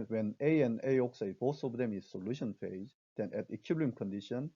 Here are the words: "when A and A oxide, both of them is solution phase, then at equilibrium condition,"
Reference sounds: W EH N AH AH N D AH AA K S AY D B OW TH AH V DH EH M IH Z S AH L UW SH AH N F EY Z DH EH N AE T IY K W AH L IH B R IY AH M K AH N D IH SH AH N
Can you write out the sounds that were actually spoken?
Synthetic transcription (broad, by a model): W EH N AH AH N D AH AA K S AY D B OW S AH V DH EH M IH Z S AH L UW SH AH N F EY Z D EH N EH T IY K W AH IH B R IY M K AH N D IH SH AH N